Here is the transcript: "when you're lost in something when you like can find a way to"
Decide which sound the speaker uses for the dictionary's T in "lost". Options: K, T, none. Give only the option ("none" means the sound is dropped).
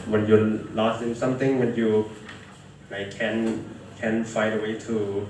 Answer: none